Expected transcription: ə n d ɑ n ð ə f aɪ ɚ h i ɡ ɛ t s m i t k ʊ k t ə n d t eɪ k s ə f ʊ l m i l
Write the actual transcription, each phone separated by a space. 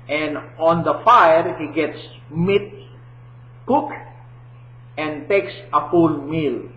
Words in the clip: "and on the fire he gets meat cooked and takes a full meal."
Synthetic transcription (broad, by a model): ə n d ɑ n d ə f aɪ ɚ h i ɡ ɛ t s m i t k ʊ k ə n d t eɪ k s ə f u l m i l